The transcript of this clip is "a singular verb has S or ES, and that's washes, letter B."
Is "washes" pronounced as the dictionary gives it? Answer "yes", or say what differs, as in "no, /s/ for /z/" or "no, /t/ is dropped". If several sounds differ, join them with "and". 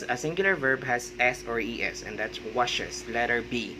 no, /s/ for /z/